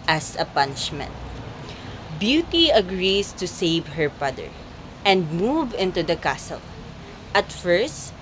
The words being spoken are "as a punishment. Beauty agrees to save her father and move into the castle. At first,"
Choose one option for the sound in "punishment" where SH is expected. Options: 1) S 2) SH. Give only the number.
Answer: 2